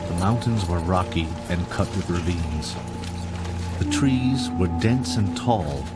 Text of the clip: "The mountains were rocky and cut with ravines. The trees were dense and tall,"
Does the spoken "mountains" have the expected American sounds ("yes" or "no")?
yes